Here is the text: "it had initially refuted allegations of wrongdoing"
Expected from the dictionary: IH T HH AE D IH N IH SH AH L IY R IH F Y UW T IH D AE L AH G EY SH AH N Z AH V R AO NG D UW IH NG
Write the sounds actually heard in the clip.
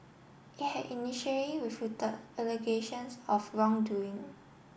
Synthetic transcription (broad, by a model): IH T HH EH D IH N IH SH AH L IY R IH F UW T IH AE L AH G EY SH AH N S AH F R AO NG D UW IH NG